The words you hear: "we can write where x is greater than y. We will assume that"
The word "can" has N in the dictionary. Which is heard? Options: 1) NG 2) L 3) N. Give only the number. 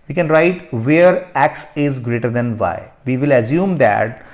3